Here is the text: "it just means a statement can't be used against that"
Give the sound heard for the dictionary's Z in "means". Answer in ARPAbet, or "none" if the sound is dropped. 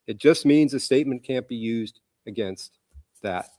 Z